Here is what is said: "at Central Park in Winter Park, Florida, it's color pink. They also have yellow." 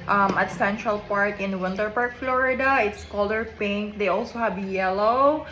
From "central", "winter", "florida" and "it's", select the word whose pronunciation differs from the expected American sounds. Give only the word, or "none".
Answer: none